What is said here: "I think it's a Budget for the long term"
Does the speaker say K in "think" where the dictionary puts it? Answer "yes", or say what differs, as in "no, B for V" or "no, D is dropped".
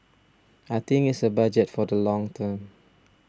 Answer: no, K is dropped